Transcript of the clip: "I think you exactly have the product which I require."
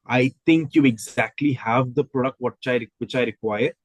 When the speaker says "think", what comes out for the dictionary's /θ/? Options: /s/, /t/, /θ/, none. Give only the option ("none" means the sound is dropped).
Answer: /t/